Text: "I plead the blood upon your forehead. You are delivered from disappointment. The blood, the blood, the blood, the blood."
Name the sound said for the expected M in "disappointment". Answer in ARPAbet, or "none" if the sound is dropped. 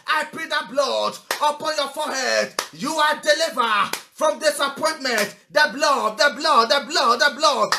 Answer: M